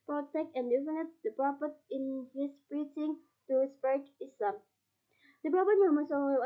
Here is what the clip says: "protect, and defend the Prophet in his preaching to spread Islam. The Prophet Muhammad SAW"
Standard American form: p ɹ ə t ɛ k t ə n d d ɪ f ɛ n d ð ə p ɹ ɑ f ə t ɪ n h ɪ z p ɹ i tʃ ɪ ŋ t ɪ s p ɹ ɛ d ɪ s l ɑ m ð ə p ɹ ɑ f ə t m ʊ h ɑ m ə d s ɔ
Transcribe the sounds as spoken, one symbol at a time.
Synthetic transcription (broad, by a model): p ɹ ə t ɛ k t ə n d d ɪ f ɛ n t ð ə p ɹ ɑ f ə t ɪ n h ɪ s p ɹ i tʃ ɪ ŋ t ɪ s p ɛ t ɪ s l ɑ m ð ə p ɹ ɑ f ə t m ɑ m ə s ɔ